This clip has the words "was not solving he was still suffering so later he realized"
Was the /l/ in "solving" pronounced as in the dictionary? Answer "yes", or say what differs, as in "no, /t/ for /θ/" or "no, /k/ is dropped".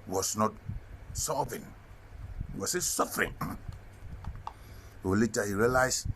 no, /l/ is dropped